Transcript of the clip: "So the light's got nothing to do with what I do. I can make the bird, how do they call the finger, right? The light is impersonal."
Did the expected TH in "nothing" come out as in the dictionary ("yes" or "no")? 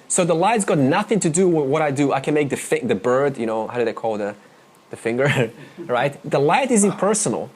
yes